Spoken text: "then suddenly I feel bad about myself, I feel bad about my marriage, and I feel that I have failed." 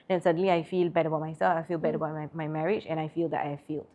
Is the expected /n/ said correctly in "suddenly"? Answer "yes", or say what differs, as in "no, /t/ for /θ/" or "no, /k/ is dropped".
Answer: yes